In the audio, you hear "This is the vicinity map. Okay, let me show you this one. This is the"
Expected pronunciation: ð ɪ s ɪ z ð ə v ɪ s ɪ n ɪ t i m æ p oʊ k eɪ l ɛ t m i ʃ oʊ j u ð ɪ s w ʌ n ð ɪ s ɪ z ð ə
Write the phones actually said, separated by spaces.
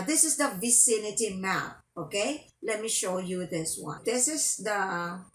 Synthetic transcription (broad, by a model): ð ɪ s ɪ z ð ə v ɪ s ɪ n ɪ t i m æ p oʊ k eɪ l ɛ t m i ʃ oʊ j u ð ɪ s w ʌ n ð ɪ s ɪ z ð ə